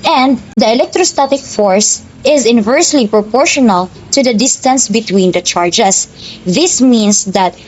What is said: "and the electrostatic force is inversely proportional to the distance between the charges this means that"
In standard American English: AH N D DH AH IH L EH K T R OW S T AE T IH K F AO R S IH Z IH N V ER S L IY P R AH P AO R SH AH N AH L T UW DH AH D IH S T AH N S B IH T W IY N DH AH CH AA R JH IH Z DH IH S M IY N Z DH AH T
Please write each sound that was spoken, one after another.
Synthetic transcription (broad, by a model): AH N D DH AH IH L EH K T R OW S T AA T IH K F AO R S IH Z IH N V ER S L IY P R AH P AO R SH AH N AH L T UW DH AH D IH S T AH N S B IH T W IY N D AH CH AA R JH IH S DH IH S M IY N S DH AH T